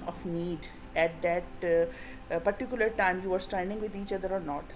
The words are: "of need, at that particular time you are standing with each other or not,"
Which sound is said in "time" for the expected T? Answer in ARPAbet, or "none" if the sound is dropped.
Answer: T